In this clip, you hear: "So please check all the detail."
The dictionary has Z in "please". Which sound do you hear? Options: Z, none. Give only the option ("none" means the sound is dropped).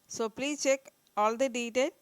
none